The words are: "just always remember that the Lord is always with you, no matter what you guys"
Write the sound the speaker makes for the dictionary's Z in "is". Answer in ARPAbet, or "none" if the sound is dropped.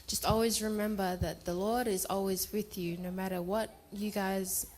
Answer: Z